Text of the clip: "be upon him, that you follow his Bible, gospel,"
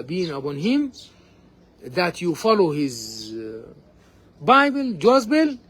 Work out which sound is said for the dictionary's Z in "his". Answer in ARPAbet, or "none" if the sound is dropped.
Z